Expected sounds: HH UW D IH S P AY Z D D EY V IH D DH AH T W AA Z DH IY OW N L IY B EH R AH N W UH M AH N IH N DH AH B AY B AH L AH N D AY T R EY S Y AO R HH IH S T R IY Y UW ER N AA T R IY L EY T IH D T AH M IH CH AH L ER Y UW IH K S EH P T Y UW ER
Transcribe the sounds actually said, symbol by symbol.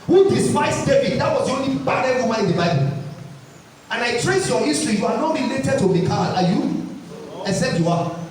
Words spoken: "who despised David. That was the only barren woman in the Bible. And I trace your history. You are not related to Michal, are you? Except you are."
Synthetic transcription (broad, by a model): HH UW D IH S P AY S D D EY V IH D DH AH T W AA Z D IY OW N L IY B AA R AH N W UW M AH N IH N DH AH B AY B AH L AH N AY T R EY S Y AO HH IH S T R IY Y UW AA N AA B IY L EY T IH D T AH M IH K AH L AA Y UW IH S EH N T Y UW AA